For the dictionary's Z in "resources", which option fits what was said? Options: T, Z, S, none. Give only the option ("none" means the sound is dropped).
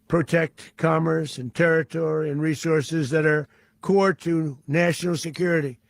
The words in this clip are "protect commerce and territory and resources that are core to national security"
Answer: Z